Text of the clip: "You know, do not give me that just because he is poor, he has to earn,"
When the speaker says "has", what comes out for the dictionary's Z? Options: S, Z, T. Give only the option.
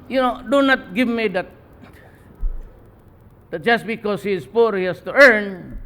S